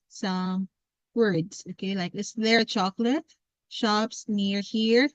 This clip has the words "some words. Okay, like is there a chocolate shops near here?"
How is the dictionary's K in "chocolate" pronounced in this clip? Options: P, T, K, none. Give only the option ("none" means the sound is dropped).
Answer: K